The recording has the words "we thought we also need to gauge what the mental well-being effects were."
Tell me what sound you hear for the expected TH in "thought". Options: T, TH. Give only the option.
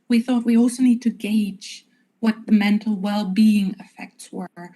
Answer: TH